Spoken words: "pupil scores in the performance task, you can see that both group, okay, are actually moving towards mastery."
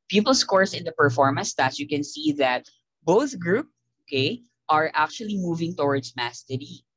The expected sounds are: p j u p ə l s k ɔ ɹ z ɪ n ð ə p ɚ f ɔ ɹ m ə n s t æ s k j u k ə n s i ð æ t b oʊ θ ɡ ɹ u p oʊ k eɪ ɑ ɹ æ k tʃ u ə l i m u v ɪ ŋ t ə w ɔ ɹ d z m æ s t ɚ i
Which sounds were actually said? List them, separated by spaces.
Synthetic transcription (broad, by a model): p j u p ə l s k ɔ ɹ s ɪ n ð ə p ɚ f ɔ ɹ m ə n s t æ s j u k ə n s i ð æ t b oʊ θ ɡ ɹ u p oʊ k eɪ ɑ ɹ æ k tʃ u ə l i m u v ɪ ŋ t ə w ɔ ɹ d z m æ s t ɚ i